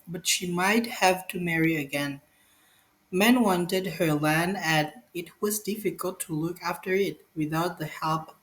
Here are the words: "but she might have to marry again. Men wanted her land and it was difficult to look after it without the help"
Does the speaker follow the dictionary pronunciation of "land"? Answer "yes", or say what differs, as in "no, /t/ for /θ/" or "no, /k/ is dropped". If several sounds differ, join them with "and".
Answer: no, /d/ is dropped